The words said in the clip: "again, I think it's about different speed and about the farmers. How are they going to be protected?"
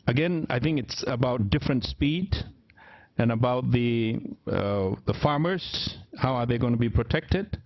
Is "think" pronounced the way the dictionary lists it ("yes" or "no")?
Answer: yes